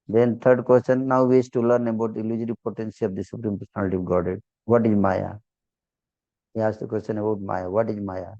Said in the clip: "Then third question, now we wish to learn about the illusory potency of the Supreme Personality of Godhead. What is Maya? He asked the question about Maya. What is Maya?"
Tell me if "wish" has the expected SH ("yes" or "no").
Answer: no